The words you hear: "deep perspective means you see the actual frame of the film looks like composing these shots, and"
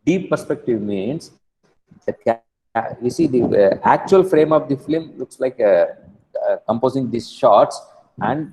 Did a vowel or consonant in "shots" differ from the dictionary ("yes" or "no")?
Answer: no